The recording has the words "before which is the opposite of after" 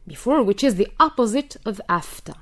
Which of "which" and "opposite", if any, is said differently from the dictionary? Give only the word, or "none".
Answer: none